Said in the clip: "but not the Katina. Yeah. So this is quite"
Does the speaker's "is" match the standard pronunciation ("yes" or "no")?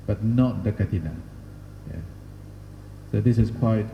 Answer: no